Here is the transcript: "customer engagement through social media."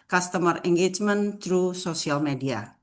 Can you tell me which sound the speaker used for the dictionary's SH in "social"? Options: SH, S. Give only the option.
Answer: S